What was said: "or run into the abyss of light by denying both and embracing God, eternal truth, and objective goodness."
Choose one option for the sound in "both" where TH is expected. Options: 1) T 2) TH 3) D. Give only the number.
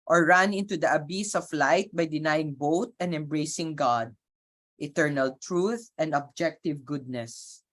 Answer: 1